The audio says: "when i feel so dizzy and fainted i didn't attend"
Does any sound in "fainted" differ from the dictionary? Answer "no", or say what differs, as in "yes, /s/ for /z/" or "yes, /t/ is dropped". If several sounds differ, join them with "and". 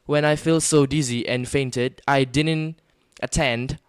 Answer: no